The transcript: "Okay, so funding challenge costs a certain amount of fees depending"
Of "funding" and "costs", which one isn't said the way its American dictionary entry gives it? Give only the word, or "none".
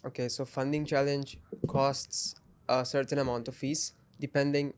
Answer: none